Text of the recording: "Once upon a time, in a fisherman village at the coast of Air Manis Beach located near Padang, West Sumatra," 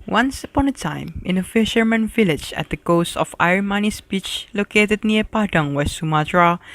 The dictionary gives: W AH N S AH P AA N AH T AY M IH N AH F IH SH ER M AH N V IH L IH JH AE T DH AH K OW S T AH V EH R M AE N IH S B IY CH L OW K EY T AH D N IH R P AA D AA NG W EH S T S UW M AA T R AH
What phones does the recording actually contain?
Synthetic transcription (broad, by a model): W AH N S AH P AA N AH T AY M IH N AH F IH SH ER M AH N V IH L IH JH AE T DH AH K OW S T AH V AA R M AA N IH S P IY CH L OW K EY T AH D N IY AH P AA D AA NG W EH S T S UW M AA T R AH